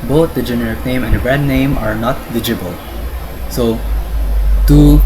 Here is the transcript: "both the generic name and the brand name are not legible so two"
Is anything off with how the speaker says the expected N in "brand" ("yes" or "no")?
yes